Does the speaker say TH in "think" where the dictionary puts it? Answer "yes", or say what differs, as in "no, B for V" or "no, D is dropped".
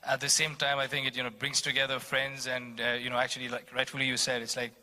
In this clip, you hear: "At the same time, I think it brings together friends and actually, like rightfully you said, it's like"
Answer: yes